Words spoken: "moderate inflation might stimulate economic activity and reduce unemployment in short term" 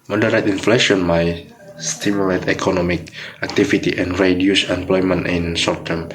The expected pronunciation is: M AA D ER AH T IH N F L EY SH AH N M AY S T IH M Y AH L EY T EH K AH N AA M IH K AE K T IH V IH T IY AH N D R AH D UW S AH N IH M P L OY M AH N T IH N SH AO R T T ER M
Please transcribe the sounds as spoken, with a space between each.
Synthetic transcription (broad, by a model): M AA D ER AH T IH N F L EY SH AH N M AY S T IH M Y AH L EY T EH K AH N AA M IH K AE K T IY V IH T IY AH N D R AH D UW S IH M P L OY M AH N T IH N S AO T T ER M